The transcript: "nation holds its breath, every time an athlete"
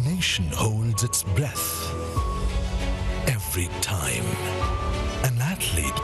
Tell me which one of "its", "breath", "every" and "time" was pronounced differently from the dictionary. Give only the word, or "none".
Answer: none